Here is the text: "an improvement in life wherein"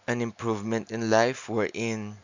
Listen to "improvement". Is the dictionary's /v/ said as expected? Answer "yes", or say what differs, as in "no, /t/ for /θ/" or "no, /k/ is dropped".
yes